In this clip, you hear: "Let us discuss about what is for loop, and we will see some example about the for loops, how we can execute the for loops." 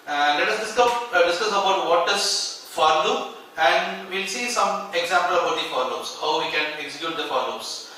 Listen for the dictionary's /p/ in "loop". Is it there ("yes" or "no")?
no